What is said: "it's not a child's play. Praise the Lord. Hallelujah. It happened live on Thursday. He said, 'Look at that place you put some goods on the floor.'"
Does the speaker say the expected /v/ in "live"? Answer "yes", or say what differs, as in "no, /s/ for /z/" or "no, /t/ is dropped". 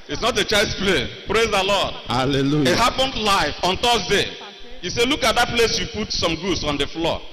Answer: no, /f/ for /v/